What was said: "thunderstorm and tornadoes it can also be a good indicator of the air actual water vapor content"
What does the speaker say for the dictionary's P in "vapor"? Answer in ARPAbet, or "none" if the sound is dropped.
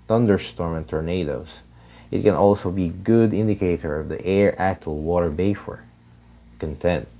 F